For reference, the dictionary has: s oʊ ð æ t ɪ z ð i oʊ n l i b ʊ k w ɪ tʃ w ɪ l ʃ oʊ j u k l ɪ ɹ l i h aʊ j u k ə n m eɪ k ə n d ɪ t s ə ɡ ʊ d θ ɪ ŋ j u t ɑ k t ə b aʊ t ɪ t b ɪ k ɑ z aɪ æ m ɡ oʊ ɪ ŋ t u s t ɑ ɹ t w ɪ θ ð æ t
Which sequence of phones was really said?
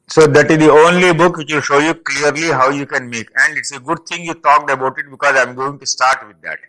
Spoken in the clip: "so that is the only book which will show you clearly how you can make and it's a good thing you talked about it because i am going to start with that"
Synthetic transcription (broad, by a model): s oʊ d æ t ɪ z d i oʊ n l i b ʊ k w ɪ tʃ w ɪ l ʃ oʊ j u k l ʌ ɹ l i h aʊ j u k ə n m eɪ k ə n d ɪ t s ə ɡ ʊ d t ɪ ŋ j u t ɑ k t ə b aʊ t ɪ t b ɪ k ɑ z aɪ m ɡ oʊ ɪ ŋ t u s t ɑ ɹ t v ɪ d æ t